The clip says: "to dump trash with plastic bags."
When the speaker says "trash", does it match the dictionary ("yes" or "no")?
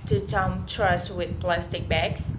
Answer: no